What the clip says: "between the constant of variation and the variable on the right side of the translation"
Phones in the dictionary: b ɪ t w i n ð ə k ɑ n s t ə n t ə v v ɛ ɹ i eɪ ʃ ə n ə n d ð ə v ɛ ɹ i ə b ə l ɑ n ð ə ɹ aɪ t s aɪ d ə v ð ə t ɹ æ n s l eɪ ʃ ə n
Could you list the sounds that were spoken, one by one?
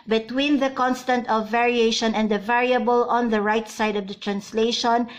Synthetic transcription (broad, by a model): b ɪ t w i n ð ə k ɑ n s t ə n t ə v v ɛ ɹ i eɪ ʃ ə n ə n d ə v ɛ ɹ i ə b ə l ɑ n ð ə ɹ aɪ t s aɪ d ə v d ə t ɹ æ n s l eɪ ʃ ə n